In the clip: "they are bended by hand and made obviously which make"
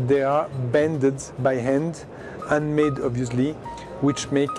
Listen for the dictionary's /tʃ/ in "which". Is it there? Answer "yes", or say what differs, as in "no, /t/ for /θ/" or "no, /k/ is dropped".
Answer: yes